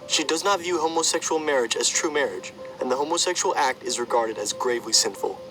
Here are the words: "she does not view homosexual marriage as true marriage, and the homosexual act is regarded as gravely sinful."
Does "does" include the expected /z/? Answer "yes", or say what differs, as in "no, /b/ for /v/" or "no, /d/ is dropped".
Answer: yes